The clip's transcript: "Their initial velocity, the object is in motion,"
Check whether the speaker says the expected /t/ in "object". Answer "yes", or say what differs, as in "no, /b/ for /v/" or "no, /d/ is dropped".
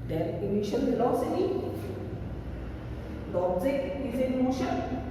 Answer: no, /t/ is dropped